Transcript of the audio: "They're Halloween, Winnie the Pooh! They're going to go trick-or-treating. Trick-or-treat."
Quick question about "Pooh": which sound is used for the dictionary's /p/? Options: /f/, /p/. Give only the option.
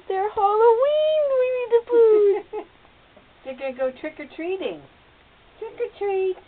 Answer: /f/